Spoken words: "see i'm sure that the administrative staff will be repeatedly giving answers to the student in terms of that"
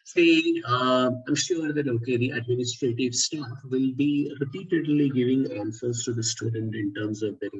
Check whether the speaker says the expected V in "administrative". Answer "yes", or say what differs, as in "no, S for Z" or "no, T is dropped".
yes